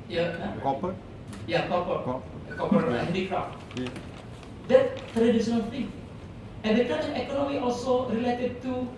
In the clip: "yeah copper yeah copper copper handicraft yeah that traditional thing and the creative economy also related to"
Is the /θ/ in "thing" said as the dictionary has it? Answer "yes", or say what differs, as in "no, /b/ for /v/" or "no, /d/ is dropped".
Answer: no, /f/ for /θ/